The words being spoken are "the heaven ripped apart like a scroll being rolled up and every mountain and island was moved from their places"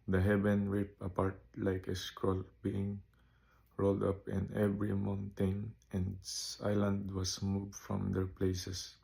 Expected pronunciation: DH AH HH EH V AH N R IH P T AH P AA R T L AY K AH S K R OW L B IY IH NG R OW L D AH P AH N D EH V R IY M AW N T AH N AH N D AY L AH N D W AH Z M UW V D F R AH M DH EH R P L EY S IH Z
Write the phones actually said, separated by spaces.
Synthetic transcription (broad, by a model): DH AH HH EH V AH N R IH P AH P AA R T L AY K AH S K R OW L B IY IH NG R OW L D AH P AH N EH V R IY M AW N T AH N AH N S AY L AH N D W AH S M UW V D F R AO M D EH R P L EY S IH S